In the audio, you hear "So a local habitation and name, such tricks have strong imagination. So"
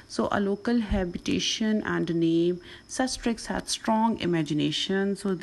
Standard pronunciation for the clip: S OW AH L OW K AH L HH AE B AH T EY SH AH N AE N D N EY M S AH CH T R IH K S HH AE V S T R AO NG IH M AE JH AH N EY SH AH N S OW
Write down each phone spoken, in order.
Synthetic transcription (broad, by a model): S OW AH L OW K AH L HH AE B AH T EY SH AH N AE N D N EY M S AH S T R IH K S HH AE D S T R AO NG IH M AE JH AH N EY SH AH N S OW